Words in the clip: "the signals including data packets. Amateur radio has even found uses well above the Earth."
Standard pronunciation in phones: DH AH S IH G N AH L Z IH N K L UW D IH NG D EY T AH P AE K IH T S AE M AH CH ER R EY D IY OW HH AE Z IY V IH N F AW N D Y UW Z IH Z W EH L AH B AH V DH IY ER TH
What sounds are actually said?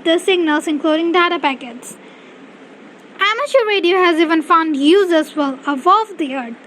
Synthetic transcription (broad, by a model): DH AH S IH G N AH L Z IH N K L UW D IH NG D EY T AH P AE K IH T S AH M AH SH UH R EY D IY OW HH AE Z IY V IH N F AW N D Y UW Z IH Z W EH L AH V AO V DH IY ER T